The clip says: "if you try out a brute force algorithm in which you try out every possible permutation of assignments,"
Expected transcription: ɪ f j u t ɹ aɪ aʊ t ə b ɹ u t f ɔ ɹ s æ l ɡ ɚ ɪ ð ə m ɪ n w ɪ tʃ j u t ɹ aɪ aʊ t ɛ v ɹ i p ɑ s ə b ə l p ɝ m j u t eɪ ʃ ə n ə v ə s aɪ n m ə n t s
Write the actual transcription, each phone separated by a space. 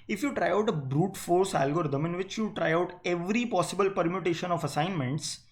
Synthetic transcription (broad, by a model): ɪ f j u t ɹ aɪ aʊ t ə b ɹ u t f ɔ ɹ s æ l ɡ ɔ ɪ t ə m ɪ n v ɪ tʃ j u t ɹ aɪ aʊ t ɛ v ɹ i p ɑ s ə b ə l p ɝ m j u t eɪ ʃ ə n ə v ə s aɪ n m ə n t s